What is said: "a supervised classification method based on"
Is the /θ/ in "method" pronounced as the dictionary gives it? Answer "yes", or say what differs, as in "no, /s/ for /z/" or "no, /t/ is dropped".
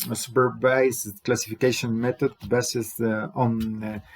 no, /t/ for /θ/